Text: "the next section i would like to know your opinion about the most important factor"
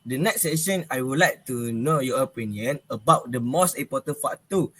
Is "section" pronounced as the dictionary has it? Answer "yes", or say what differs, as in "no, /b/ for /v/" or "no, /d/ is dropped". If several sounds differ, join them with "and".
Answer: no, /k/ is dropped